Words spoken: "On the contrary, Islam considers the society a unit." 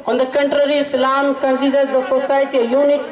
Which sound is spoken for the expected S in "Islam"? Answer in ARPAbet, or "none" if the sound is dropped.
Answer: none